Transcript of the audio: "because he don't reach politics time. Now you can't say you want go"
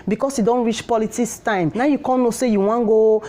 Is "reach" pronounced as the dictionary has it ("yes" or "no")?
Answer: yes